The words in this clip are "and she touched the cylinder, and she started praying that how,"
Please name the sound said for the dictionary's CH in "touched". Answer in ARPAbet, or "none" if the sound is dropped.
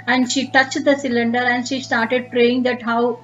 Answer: CH